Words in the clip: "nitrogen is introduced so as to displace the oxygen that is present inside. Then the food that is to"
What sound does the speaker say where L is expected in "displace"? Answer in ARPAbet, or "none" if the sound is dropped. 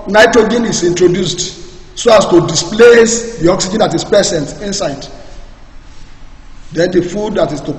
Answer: L